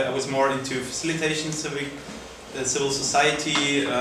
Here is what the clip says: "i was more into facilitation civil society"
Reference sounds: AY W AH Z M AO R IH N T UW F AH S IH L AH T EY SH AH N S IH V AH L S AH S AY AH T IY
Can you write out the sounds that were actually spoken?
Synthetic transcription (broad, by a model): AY W AH Z M AO R IH N T UW F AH S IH L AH T EY SH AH N S IH V AH L S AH S AY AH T IY